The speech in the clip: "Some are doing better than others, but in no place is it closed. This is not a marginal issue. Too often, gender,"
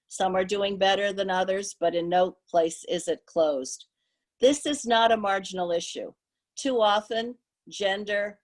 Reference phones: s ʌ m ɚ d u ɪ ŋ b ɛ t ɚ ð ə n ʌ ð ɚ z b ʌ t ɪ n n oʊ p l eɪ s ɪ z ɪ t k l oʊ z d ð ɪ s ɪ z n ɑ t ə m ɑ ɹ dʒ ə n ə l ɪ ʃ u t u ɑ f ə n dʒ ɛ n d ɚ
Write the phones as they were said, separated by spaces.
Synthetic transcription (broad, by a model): s ʌ m ɚ d u ɪ ŋ b ɛ t ɚ ð ə n ʌ ð ɚ z b ʌ t ɪ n n oʊ p l eɪ s ɪ z ɪ t k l oʊ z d ð ɪ s ɪ z n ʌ t ə m ɑ ɹ dʒ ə n l ɪ ʃ u t u ɑ f ə n dʒ ɛ n d ɚ